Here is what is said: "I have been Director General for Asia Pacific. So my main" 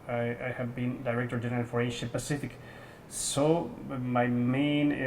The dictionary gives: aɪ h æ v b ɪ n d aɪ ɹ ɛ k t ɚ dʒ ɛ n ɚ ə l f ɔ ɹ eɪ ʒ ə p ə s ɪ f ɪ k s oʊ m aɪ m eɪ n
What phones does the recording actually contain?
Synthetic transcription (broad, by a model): aɪ h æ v b ɪ n d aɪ ɹ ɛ k t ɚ dʒ ɛ n ɚ ə l f ɔ ɹ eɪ ʃ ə p ə s ɪ f ɪ k s oʊ m aɪ m eɪ n